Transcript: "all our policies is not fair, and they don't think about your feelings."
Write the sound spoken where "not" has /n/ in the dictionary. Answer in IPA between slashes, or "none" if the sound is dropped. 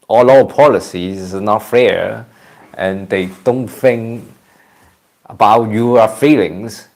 /n/